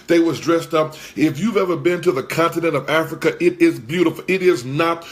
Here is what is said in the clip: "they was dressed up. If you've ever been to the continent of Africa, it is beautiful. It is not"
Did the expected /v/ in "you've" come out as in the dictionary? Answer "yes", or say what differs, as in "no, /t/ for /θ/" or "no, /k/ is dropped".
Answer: yes